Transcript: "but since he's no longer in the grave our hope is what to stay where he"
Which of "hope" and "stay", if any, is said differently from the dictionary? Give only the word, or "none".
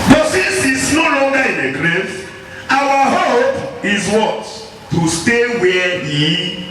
none